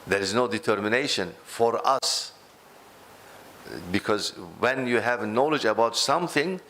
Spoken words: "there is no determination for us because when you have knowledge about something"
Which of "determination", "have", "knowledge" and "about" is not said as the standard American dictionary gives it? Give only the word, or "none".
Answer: none